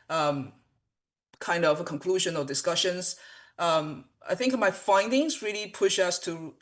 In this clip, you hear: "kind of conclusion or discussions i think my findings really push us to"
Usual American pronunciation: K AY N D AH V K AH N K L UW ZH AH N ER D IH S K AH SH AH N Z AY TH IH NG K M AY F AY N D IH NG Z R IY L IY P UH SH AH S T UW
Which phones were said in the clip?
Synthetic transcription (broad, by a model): K AY N D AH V K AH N K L UW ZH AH N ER D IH S K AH SH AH N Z AY TH IH NG K M AY F AY N D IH NG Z R IY L IY P UH SH AH S T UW